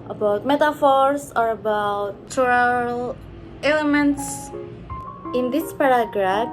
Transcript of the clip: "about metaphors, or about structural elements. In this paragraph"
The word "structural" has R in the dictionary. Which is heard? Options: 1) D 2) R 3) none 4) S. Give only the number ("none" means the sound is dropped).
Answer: 3